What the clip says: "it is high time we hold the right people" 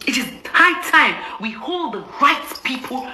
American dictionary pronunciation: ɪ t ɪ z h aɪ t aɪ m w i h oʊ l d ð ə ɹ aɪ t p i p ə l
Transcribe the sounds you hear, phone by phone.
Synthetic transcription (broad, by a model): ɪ t ɪ z h aɪ t aɪ m w i h oʊ l d ð ə ɹ aɪ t p i p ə l